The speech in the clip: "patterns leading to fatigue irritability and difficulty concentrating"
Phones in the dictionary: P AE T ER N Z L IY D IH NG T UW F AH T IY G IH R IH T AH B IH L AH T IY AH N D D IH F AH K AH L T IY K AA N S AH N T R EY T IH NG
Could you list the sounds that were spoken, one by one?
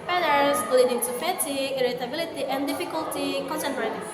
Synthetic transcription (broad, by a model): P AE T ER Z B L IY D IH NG T UW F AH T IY IH R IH T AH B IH L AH T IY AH N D D IH F AH K AH L T IY K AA N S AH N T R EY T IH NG